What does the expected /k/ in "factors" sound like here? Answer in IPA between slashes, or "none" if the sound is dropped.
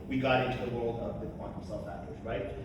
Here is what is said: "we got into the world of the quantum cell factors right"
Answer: none